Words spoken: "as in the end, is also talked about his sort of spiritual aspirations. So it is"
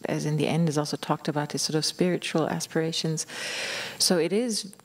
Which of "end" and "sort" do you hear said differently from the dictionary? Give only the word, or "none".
none